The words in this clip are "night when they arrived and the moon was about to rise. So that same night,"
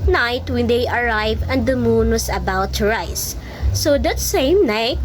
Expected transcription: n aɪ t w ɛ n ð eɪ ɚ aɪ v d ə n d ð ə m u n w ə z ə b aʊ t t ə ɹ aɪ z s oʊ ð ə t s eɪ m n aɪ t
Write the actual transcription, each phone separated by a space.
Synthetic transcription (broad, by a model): n aɪ t w ɛ n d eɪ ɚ aɪ v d ə n d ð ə m u n w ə s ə b aʊ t t ə ɹ aɪ s oʊ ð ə t s eɪ m n aɪ t